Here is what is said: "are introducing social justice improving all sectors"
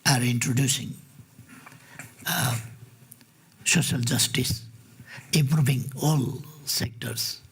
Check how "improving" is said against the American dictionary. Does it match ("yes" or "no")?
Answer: no